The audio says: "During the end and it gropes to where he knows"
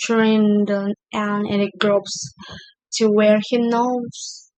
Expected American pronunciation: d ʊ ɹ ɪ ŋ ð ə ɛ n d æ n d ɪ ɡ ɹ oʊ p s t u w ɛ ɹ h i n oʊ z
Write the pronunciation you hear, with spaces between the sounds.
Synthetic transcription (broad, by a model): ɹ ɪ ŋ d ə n æ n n ɪ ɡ ɹ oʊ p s t u w ɛ ɹ h i n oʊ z